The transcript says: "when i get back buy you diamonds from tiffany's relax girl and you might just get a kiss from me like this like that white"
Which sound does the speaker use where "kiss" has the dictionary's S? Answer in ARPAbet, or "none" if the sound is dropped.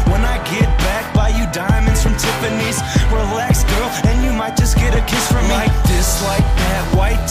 S